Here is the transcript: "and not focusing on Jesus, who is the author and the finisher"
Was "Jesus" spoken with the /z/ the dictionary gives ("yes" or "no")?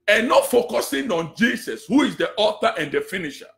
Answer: no